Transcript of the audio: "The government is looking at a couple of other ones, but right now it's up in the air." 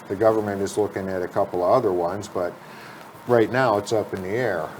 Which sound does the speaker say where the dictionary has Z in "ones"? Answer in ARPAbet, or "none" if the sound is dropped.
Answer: Z